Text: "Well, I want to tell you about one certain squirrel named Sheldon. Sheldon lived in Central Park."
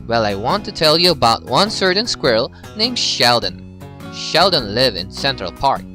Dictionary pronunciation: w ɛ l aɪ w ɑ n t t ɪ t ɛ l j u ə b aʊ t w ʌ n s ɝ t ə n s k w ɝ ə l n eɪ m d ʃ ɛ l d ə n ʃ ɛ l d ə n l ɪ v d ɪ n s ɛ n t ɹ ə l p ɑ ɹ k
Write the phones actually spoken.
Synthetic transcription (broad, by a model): w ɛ l aɪ w ɑ n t t ɪ t ɛ l j u ə b aʊ t w ʌ n s ɝ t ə n s k w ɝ l n eɪ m ʃ ɛ l d ə n ʃ ɛ l d ə n l ɪ v ɪ n s ɛ n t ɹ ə l p ɑ ɹ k